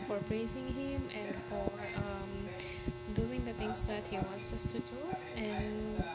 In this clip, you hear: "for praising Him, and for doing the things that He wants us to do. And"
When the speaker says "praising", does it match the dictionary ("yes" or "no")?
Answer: yes